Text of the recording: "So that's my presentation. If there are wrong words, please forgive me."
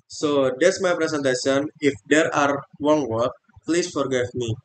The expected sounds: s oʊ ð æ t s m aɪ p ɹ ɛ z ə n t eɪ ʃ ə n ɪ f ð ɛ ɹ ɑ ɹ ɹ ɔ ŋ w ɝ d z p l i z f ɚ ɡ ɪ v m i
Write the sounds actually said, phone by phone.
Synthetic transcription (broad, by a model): s oʊ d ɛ t s m aɪ p ɹ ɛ s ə n t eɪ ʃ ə n ɪ f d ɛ ɹ ɑ ɹ w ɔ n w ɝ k p l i s f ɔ ɡ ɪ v m i